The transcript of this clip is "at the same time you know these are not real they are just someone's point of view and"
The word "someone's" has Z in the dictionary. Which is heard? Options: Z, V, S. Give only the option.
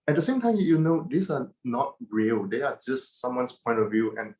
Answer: S